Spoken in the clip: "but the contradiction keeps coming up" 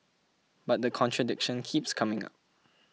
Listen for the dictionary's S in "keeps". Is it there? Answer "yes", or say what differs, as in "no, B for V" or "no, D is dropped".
yes